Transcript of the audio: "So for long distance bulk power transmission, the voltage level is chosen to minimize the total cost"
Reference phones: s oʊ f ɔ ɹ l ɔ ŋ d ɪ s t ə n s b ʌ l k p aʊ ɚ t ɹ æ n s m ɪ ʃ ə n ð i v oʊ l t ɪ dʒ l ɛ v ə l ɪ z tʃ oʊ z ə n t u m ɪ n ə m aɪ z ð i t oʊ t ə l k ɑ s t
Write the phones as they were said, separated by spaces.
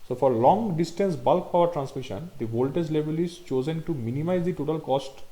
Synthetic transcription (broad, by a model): s oʊ f ɔ ɹ l ɔ ŋ d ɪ s t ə n s b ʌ l k p aʊ ɚ t ɹ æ n s m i ʃ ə n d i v oʊ l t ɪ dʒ l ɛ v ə l ɪ z tʃ oʊ z ə n t u m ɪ n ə m aɪ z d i t oʊ t ə l k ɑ s t